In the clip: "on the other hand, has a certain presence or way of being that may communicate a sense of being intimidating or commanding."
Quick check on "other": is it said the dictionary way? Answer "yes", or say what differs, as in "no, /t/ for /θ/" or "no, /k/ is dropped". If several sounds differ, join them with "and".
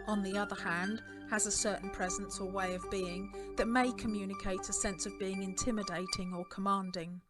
yes